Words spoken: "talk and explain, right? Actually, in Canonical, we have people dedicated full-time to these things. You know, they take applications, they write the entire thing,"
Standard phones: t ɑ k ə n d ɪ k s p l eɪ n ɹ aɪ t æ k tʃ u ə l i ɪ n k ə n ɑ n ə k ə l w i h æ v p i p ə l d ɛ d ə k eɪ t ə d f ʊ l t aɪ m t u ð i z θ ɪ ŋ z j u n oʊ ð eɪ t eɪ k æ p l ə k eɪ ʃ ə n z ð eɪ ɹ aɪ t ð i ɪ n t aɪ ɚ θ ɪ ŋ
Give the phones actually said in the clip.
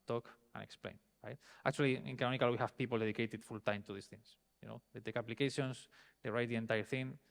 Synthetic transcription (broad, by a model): t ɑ k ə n ɪ k s p l eɪ n ɹ aɪ t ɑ k tʃ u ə l i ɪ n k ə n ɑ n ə k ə l w i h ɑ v p i p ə l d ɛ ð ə k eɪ t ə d f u l t aɪ m t u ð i s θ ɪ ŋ s j u n oʊ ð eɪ t eɪ k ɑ p l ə k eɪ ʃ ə n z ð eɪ ɹ aɪ t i ɪ n t aɪ ɚ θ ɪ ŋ